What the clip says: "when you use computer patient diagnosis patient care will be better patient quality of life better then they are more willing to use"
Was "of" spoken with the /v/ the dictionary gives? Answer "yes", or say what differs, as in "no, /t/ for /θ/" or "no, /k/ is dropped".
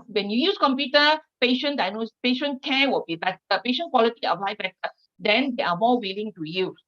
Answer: no, /p/ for /v/